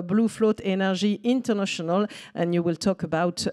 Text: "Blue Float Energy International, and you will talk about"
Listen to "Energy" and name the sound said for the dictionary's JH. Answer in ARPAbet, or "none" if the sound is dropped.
ZH